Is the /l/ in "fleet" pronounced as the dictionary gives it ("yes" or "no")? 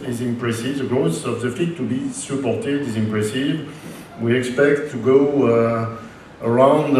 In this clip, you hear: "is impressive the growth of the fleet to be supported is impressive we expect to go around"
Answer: no